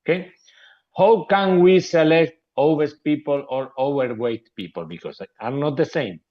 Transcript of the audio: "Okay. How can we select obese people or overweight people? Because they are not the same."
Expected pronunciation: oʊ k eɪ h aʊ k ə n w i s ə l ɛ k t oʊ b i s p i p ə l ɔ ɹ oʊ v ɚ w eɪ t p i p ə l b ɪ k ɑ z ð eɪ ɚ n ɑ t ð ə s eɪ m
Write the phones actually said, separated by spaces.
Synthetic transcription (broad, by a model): k eɪ h aʊ k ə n w i s ə l ɛ k t oʊ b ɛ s p i p ə l ɔ ɹ oʊ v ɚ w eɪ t p i p ə l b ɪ k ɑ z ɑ n ɑ t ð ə s eɪ m